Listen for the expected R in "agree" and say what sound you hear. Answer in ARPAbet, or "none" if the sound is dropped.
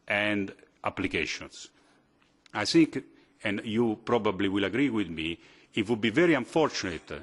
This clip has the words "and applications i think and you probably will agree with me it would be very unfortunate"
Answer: R